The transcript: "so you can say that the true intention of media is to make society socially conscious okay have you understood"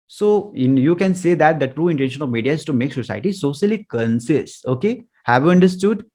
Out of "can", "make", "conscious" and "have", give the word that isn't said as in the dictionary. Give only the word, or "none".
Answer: conscious